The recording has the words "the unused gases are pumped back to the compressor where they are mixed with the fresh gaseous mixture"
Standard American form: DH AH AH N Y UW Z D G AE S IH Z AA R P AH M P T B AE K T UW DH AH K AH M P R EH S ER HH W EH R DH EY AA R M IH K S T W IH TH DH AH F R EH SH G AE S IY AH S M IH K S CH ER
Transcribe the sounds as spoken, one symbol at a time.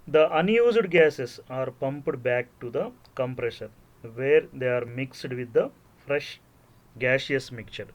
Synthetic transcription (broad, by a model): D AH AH N Y UW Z D G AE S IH S AA R P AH M P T B AE K T UW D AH K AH M P R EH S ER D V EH R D EY AA R M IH K S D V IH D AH F R EH SH G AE SH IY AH S M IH K CH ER